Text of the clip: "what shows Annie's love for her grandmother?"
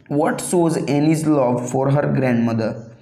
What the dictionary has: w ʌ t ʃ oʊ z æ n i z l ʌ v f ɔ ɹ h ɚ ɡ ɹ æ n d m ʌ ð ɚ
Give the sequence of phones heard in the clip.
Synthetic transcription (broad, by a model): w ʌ t s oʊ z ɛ n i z l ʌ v f ɔ ɹ h ɚ ɡ ɹ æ n d m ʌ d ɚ